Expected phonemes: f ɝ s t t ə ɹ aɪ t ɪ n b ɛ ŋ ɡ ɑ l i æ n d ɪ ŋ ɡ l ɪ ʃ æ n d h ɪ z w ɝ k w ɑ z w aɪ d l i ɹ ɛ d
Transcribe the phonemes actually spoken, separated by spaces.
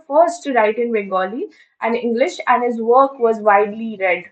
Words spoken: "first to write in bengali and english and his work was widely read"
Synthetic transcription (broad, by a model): f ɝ s t t ə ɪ t ɪ n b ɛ ɡ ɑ l i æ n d ɪ ŋ ɡ l ɪ ʃ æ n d h ɪ z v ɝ k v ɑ z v aɪ d l i ɹ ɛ d